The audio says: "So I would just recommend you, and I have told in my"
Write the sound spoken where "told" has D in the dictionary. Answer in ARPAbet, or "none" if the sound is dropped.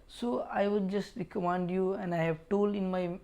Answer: none